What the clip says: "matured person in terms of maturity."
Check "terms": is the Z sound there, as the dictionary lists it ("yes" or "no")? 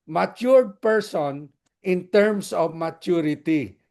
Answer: no